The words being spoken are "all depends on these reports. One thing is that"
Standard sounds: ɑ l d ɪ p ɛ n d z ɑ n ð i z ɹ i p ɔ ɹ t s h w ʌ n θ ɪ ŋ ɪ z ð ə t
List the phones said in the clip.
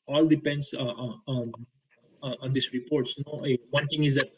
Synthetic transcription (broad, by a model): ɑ l d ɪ p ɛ n d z ɑ n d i s ɹ i p ɔ ɹ t s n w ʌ n t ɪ ŋ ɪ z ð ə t